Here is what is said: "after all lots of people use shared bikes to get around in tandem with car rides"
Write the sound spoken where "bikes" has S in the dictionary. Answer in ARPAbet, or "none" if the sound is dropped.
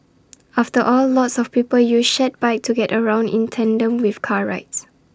none